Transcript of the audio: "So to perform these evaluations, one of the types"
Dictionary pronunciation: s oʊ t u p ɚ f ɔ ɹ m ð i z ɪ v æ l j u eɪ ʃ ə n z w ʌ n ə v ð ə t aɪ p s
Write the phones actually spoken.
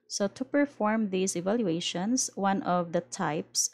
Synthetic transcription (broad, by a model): s oʊ t u p ɚ f ɔ ɹ m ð i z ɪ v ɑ l j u eɪ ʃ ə n s w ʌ n ə v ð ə t aɪ p s